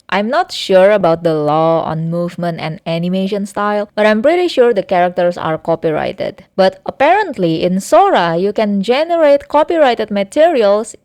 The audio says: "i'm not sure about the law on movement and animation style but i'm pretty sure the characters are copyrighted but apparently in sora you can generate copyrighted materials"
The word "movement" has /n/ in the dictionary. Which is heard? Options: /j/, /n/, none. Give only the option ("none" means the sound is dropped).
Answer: /n/